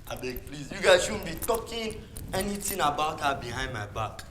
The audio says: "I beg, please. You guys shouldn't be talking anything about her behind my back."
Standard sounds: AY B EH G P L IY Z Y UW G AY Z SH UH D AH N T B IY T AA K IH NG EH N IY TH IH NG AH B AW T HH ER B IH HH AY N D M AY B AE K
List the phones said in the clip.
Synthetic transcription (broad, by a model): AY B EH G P L IY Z Y UW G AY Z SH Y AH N B IY T AA K IH NG EH N IY T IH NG AH B AW T HH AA B IH HH AY N D M AY B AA K